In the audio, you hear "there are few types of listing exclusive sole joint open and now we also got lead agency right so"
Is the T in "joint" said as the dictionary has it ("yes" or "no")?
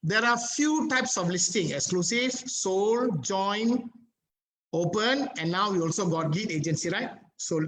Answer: no